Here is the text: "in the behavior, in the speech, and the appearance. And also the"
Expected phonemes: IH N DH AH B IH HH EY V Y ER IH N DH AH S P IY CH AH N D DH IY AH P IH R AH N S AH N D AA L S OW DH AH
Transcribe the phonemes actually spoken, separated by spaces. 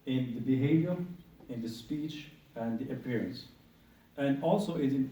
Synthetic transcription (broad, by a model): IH N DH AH B IH HH EY V Y ER IH N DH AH S P IY CH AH N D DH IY AH P IH R AH N S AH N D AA L S OW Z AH